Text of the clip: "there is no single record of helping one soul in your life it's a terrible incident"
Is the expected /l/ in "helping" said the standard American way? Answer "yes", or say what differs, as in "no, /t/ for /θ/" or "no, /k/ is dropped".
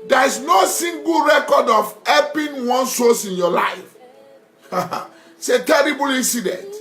no, /l/ is dropped